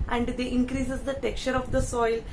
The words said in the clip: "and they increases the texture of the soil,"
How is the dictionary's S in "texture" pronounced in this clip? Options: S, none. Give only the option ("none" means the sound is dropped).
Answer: none